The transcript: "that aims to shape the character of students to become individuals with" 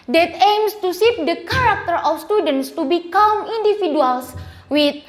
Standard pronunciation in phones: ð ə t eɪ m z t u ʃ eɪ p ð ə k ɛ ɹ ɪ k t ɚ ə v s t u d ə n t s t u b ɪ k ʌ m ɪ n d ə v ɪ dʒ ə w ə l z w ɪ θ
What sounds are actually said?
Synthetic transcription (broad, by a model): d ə t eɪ m s t u s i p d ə k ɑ ɹ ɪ k t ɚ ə f s t u d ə n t s t u b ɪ k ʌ m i n d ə f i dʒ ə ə l s w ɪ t